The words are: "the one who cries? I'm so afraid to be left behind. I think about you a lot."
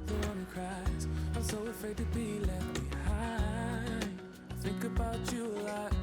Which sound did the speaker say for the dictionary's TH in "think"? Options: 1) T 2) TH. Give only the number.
2